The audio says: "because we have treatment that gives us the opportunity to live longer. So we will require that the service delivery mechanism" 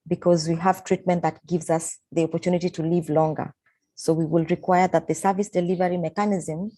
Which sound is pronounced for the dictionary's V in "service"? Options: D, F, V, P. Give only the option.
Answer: V